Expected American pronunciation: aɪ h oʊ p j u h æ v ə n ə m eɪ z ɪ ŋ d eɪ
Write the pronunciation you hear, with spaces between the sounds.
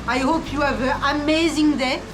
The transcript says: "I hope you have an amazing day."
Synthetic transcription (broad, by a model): aɪ h oʊ p j u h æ v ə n ə m eɪ z ɪ ŋ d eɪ